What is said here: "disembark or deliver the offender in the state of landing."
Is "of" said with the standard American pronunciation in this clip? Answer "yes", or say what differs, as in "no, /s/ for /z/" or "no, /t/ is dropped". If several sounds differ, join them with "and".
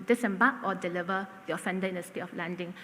no, /f/ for /v/